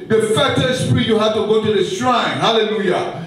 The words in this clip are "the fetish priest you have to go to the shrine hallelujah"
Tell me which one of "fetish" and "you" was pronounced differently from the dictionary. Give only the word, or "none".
fetish